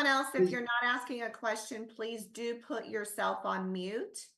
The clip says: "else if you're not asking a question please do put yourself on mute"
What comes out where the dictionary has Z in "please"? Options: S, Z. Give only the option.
Z